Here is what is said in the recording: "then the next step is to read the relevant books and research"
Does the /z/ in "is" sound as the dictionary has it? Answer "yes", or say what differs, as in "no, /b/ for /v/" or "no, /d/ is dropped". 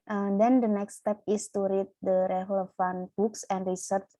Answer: no, /s/ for /z/